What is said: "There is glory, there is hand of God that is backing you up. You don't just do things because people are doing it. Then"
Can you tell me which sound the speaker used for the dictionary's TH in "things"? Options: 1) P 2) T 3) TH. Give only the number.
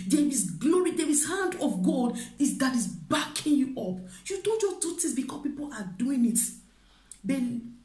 2